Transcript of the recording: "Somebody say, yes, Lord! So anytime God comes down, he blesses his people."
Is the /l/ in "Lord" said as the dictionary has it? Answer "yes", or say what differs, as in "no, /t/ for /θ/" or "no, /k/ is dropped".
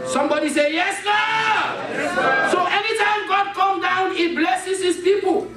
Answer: no, /n/ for /l/